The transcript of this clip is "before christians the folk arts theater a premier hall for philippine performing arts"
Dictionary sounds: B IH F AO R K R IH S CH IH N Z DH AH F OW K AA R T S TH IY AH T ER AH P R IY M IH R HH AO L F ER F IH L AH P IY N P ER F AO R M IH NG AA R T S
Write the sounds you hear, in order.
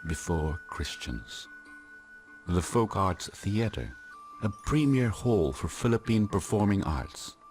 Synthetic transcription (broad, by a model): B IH F AO R K R IH S CH IH N Z DH AH F OW K AA R T S TH IY AH T ER AH P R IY M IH R HH AO L F ER F IH L AH P IY N P ER F AO R M IH NG AA R T S